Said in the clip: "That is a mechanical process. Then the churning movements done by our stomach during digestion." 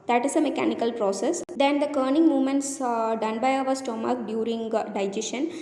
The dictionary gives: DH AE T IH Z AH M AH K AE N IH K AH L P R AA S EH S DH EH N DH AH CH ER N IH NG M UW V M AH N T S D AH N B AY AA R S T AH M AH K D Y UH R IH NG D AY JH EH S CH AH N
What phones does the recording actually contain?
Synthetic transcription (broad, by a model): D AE T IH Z AH M AH K AE N IH K AH L P R AA S EH S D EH N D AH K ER N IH NG M UW V M AH N T S D AH N B AY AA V S T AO M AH K D Y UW R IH NG D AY JH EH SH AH N